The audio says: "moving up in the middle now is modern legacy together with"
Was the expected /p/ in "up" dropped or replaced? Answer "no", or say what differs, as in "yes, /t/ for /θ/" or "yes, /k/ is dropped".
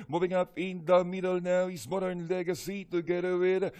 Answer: no